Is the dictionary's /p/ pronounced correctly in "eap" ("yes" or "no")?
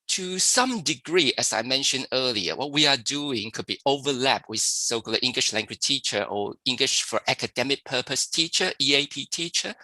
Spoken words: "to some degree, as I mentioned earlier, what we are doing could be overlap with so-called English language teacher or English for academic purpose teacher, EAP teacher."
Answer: yes